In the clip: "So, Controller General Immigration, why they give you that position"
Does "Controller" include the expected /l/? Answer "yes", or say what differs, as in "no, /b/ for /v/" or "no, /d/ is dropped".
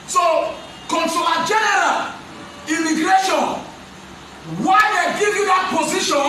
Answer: no, /l/ is dropped